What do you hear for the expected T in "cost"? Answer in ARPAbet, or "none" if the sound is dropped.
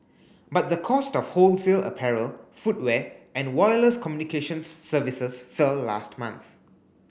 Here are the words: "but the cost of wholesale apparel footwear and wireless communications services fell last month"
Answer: T